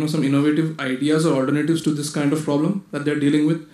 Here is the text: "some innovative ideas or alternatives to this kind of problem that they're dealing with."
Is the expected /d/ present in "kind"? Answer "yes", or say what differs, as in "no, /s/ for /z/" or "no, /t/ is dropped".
yes